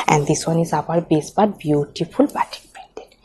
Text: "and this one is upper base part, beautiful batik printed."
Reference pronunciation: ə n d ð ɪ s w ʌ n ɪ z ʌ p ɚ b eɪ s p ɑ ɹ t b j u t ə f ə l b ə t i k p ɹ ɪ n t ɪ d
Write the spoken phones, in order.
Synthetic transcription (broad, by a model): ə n d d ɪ s w ʌ n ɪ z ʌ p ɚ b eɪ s b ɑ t b j u t ə f ə l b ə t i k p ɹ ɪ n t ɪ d